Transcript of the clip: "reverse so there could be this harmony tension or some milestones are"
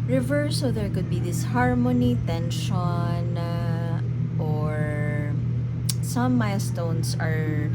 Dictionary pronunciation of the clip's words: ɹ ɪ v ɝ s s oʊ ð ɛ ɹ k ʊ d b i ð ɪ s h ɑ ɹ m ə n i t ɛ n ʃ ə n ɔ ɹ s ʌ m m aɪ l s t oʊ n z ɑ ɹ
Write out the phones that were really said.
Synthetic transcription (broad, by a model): ɹ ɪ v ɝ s s oʊ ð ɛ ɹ k ʊ d b i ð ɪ s h ɑ ɹ m ə n i t ɛ n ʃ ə n ɔ ɹ s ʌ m m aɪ s t oʊ n s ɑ ɹ